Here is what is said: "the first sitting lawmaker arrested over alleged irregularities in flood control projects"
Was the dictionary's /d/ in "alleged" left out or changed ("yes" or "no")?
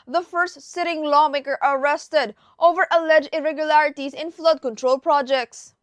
yes